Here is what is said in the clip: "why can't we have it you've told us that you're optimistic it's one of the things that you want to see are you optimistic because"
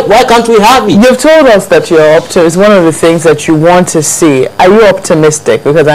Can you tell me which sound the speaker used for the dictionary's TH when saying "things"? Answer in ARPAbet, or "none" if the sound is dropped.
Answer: TH